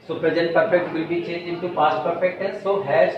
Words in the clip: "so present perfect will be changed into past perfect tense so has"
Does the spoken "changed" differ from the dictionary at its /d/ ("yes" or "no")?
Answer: yes